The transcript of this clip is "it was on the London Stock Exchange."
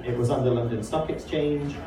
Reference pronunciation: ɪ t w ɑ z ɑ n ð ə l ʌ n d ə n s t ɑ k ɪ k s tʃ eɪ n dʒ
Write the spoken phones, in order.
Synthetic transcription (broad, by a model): ɪ t w ɑ z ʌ n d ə l ʌ n d ə n s t ɑ k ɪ k s tʃ eɪ n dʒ